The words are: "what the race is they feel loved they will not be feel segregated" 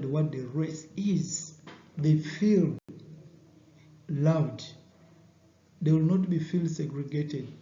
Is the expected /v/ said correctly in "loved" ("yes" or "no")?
no